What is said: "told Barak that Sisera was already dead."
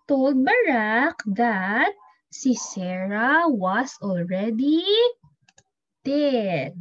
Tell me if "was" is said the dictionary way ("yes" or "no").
no